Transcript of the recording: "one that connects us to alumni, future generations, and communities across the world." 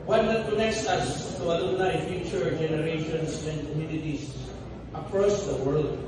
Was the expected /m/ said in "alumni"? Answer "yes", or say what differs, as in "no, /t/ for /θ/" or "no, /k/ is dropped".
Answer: no, /m/ is dropped